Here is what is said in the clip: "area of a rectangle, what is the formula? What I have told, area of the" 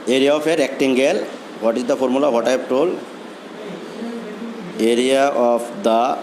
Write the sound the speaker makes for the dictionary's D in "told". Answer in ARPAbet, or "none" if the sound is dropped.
none